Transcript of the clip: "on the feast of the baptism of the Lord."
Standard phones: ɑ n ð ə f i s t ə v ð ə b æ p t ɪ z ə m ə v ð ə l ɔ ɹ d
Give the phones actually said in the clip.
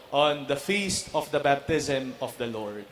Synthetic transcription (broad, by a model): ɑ n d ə f i s t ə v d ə b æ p t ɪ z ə m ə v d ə l ɔ ɹ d